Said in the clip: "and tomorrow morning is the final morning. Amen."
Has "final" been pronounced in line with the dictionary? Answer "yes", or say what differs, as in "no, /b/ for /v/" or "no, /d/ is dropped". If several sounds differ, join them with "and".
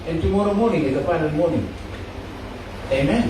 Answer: no, /p/ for /f/